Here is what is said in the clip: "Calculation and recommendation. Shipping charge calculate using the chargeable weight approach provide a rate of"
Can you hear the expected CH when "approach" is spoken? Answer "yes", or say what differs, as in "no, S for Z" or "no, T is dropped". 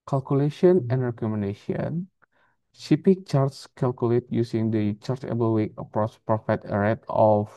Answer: no, S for CH